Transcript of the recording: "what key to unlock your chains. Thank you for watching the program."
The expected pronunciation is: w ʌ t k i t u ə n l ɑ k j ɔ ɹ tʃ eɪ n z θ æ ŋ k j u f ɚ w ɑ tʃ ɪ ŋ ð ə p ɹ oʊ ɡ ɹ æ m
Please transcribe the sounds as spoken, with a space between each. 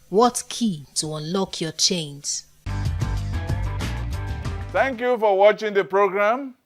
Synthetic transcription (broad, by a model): w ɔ t k i t u ə n l ɑ k j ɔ tʃ eɪ n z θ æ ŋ k j u f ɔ w ɑ tʃ ɪ ŋ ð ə p ɹ oʊ ɡ ɹ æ m